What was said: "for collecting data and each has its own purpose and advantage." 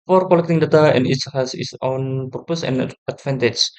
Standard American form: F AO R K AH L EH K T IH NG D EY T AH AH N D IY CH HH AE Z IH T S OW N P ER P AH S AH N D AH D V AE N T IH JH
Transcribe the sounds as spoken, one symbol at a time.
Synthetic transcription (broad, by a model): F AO R K AH L EH K T IH NG D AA T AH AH N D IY S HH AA S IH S OW N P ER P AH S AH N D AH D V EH N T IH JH